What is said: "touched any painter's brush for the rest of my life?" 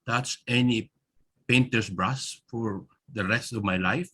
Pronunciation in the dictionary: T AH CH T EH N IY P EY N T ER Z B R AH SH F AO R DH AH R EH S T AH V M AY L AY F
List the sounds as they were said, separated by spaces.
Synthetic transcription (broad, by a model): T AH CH EH N IY P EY N T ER S B R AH S F AO R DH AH R EH S T AH V M AY L AY F